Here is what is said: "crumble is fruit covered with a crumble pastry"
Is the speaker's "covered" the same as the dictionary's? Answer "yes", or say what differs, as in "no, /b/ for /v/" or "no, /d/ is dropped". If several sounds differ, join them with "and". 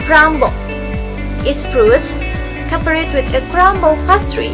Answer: no, /p/ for /v/